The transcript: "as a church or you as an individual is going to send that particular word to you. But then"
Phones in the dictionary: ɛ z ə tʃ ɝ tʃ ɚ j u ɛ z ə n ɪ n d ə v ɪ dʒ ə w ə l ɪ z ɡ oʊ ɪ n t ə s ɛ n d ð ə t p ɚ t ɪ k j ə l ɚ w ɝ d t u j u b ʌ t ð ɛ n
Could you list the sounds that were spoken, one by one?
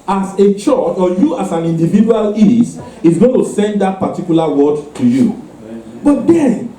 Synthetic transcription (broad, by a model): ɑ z ə tʃ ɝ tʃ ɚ j u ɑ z ə n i n d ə v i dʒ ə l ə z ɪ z ɡ oʊ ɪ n t ə s ɛ n d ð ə t p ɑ t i k j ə l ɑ w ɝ d t u j u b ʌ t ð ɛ n